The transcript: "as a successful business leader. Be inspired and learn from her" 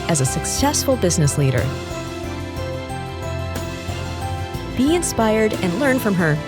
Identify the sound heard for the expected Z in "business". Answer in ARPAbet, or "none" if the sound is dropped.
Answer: Z